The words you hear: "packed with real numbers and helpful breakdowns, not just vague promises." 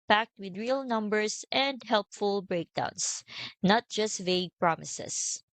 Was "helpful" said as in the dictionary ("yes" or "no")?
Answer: yes